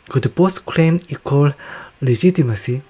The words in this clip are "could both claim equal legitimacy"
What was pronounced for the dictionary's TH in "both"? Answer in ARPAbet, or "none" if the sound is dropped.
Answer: S